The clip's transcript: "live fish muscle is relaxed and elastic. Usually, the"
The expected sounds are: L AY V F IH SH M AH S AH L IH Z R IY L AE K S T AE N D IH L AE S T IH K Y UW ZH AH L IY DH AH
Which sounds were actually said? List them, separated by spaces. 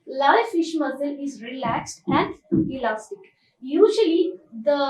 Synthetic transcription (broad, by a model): L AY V F IH SH M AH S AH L IH Z R IY L AE K S T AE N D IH L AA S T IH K Y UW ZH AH L IY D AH